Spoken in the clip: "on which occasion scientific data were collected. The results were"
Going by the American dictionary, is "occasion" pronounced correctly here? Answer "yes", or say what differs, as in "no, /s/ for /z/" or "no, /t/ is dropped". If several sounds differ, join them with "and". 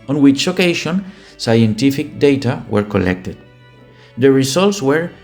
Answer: no, /ʃ/ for /ʒ/